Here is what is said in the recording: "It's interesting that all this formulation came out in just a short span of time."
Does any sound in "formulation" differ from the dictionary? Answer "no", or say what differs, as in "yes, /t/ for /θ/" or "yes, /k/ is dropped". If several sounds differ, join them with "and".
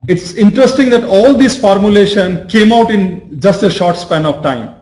no